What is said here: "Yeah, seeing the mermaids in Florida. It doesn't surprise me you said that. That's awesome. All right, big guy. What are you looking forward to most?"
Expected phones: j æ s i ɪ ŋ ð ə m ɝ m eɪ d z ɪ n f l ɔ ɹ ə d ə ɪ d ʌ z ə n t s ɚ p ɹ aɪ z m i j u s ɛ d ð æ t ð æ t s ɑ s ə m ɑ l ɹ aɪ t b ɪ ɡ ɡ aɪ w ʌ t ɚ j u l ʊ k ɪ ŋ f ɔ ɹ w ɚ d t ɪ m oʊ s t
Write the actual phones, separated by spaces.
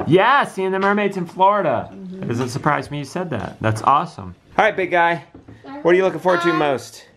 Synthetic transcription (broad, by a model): j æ s i ɪ ŋ ð ə m ɝ m eɪ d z ɪ n f l ɔ ɹ ə d ə ɪ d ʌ z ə n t s ɚ p ɹ aɪ z m i j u s ɛ d ð æ t ð æ t s ɑ s ə m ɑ ɹ aɪ t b ɪ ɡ ɡ aɪ w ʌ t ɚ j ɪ l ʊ k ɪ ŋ f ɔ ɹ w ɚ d t ɪ m oʊ s t